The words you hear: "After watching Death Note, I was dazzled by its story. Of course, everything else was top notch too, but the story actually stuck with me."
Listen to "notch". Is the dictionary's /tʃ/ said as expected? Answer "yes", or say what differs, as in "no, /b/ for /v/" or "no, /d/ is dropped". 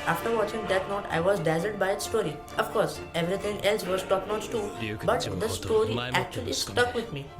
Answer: no, /s/ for /tʃ/